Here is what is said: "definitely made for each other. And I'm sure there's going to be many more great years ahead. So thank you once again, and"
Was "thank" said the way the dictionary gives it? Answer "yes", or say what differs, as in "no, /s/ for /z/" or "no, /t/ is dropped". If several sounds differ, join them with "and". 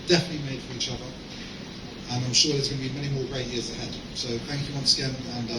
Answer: yes